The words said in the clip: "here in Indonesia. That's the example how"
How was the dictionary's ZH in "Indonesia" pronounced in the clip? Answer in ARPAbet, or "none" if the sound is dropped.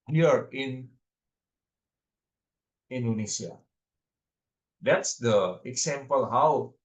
S